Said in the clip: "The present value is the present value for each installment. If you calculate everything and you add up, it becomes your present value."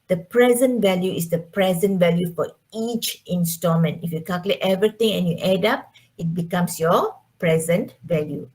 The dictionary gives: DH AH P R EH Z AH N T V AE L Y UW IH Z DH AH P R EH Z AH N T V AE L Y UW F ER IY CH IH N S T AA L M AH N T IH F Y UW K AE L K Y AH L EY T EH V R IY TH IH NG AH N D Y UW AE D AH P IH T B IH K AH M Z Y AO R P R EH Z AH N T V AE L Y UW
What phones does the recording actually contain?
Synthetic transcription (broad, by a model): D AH P R EH Z AH N T V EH L Y UW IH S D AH P R EH Z AH N T V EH L Y UW F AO IY CH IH N S T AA M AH N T IH F Y UW K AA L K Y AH L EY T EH V R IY T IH NG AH N Y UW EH D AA P IH T B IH K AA M S Y AO P R EH Z AH N T V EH L Y UW